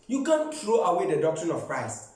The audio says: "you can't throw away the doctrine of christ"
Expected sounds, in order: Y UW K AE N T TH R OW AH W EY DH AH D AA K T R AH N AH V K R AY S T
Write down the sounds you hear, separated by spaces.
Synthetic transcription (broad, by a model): Y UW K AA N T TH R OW AH W EY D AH D AA K T R AH N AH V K R AY S T